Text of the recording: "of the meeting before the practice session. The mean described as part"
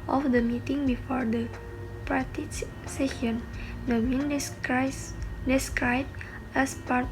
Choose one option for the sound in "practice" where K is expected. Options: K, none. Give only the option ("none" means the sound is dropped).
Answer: none